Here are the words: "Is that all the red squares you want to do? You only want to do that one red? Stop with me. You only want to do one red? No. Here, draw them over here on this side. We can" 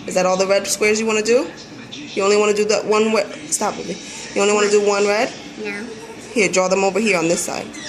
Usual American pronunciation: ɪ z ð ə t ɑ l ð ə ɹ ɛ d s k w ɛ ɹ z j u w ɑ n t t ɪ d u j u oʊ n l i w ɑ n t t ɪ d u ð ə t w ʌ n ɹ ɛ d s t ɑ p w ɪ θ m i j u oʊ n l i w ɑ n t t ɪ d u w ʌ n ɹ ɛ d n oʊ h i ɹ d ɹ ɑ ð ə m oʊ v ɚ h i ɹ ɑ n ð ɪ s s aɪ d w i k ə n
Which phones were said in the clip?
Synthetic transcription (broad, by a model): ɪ z ð ə t ɑ l ð ə ɹ ɛ d s k w ɛ ɹ z j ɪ w ɑ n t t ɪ d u j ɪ oʊ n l i w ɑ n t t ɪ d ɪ ð ə t w ʌ n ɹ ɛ s t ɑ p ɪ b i j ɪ oʊ n l i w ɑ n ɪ d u w ʌ n ɹ ɛ d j h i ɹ d ɹ ɑ ð ə m oʊ v ɚ h i ɹ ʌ n ð ɪ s s aɪ d